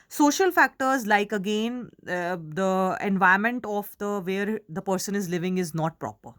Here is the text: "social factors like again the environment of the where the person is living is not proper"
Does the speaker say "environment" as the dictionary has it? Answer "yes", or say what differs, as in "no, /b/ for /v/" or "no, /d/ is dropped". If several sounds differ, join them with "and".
no, /ɹ/ is dropped